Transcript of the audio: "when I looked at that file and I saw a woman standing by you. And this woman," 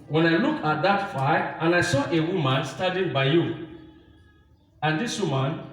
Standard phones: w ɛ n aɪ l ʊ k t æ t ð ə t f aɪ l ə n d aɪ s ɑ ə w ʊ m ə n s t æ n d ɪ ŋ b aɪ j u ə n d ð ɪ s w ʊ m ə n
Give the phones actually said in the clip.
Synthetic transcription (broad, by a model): w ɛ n aɪ l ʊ k ɑ t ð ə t f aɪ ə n aɪ s ɑ ə w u m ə n s t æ n d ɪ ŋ b aɪ j u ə n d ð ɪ s w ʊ m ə n